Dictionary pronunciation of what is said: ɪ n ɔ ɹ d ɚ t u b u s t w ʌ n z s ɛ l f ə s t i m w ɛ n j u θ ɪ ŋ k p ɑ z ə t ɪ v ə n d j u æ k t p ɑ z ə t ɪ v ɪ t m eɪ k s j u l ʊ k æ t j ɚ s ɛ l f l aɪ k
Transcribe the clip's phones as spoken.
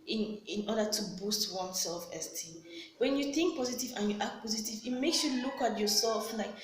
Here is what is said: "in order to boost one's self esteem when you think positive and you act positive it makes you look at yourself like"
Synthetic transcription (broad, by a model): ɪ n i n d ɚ t u b u s t w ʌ n s ɛ l f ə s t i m w ɛ n j u θ ɪ ŋ k p ɑ z ə t ɪ v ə n j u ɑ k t p ɑ z ə t ɪ v ɪ t m eɪ k s j u l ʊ k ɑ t j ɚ s ɛ l f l aɪ k